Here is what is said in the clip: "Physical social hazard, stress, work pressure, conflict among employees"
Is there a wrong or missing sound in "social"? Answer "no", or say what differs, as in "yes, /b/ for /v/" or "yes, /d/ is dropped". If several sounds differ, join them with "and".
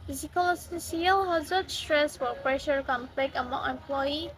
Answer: yes, /s/ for /ʃ/